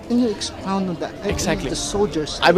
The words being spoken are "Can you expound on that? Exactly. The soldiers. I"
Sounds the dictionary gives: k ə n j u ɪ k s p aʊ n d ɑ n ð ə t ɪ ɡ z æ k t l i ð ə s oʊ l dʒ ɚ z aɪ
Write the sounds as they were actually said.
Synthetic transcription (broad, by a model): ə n j u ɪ k s p aʊ n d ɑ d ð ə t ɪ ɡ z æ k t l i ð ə s oʊ l dʒ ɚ s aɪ